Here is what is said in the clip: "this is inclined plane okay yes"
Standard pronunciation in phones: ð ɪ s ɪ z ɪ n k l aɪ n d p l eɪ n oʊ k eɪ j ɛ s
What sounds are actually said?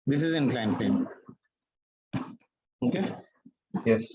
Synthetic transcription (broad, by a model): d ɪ s ɪ z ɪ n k l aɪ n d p eɪ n oʊ k eɪ j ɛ s